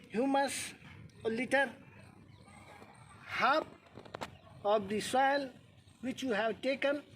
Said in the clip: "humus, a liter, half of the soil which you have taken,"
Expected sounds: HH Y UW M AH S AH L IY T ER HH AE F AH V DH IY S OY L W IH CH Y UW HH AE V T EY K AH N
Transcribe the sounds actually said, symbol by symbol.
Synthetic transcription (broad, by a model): HH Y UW M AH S L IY T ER HH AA P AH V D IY S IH L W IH CH Y UW HH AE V T EY K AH N